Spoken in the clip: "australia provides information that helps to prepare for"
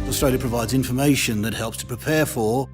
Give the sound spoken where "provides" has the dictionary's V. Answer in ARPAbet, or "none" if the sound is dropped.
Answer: V